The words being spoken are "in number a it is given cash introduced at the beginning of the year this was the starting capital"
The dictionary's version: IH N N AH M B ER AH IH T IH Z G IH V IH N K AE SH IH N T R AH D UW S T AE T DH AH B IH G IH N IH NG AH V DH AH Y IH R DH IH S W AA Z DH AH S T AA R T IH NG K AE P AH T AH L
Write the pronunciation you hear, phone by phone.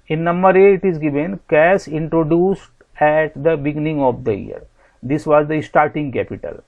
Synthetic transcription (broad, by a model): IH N N AH M B ER AH IH T IH Z G IH V IH N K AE S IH N T R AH D UW S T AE T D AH B IH G IH N IH NG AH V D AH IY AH R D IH S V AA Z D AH S T AA R T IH NG K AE P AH T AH L